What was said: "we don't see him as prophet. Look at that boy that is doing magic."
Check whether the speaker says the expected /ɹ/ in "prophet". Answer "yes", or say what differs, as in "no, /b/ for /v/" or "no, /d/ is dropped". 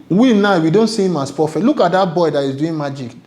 no, /ɹ/ is dropped